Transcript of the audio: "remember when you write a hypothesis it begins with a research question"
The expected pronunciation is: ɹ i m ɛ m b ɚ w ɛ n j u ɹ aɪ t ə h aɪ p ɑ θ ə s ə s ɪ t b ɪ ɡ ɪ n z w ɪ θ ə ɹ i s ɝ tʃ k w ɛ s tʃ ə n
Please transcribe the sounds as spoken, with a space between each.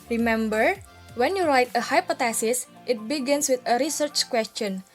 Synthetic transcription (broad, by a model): ɹ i m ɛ m b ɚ w ɛ n j u ɹ aɪ t ə h aɪ p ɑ t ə s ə s ɪ t b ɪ ɡ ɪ n s w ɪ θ ə ɹ i s ɝ tʃ k w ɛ s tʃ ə n